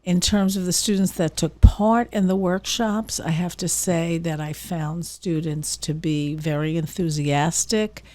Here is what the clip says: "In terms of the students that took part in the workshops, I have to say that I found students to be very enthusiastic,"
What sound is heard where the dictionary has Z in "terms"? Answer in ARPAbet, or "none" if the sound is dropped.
Z